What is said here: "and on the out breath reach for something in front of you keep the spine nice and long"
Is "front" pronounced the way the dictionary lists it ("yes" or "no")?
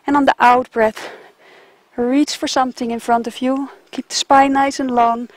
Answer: yes